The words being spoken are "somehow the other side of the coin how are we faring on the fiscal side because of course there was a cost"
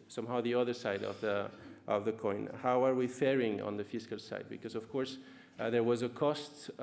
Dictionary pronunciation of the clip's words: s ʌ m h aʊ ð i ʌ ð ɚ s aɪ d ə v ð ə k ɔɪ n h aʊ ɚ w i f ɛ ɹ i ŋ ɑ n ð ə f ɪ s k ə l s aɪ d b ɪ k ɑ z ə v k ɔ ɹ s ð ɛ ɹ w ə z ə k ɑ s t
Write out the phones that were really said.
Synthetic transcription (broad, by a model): s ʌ m h aʊ ð i ʌ ð ɚ s aɪ d ə v ð ə k ɔɪ n h aʊ ɚ w i f ɛ ɹ i ŋ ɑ n ð ə f ɪ s k ə l s aɪ d b ɪ k ɑ z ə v k ɔ ɹ s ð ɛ ɹ w ə z ə k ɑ s t